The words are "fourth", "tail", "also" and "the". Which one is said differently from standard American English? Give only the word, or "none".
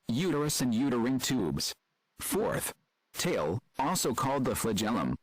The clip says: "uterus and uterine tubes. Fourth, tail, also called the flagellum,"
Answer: none